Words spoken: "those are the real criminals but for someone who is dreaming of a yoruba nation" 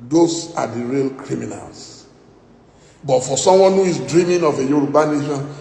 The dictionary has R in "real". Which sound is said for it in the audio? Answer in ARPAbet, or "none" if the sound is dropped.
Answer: R